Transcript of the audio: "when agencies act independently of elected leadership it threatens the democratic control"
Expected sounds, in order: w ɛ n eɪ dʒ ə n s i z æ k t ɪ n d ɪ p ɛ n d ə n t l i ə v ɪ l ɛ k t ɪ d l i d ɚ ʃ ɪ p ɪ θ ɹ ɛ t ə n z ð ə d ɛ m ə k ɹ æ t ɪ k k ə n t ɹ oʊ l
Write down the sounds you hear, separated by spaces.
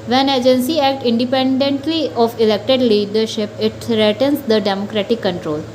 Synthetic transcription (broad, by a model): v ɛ n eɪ dʒ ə n s i æ k t ɪ n d ɪ p ɛ n d ə n t l i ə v ɪ l ɛ k t ɪ d l i d ɚ ʃ ɪ p ɪ t ɹ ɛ t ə n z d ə d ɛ m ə k ɹ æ t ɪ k k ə n t ɹ oʊ l